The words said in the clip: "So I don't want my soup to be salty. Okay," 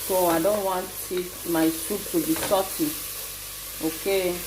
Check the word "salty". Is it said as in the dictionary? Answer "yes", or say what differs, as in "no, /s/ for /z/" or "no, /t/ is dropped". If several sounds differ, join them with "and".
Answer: no, /l/ is dropped